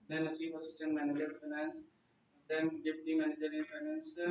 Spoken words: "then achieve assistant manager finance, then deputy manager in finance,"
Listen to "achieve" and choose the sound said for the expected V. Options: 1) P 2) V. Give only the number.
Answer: 1